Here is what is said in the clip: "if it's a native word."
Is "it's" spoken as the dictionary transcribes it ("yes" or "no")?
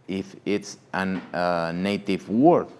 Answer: yes